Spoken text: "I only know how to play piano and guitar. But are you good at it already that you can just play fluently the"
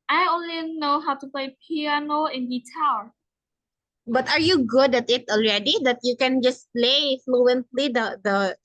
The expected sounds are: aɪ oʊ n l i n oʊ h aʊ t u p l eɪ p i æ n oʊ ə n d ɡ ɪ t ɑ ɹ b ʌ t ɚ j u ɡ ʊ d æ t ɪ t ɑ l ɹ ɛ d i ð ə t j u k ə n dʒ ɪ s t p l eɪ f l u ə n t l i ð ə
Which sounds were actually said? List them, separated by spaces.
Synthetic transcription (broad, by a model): aɪ oʊ n l i n oʊ h aʊ t u p l eɪ p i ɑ n oʊ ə n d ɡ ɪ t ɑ l b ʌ t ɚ j u ɡ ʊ d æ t ɪ t ɑ l ɹ ɛ d i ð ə t j u k ə n dʒ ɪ s p l eɪ f l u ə n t l i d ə